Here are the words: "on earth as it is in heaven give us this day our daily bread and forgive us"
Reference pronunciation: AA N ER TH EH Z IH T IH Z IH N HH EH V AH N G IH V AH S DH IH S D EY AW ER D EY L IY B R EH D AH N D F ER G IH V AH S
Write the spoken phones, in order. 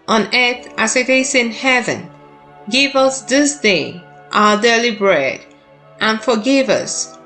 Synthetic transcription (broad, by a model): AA N ER TH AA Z IH T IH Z IH N HH EH V AH N G IH V AH S DH IH S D EY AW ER D EY L IY B R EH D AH N F ER G IH V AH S